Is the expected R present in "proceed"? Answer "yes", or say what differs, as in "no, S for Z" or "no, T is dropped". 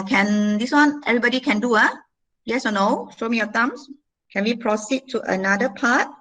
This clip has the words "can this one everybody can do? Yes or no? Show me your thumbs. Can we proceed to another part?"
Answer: yes